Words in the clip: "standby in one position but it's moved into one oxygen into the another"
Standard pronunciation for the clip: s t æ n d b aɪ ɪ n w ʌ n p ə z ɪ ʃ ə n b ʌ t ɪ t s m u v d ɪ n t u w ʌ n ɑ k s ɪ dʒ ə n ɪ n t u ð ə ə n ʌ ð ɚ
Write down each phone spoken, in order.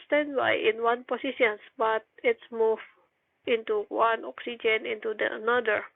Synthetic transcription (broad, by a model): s t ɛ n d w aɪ ɪ n w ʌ n p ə s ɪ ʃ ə n b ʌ t ɪ t s m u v ɪ n t u w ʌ n ɑ k s ɪ dʒ ə n ɪ n t u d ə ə n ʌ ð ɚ